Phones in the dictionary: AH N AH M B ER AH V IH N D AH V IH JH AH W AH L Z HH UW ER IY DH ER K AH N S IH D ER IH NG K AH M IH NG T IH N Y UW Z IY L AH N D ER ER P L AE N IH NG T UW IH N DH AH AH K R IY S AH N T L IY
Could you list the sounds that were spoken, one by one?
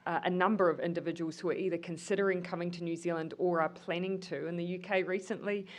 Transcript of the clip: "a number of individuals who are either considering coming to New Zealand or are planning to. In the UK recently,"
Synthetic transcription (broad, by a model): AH N AH M B ER AH V IH N D AH V IH JH AH W AH L Z HH UW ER IY DH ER K AH N S IH D ER IH NG K AH M IH NG T IH N Y UW Z IY L AH N D ER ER P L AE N IH NG T UW IH N DH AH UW K R IY S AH N T L IY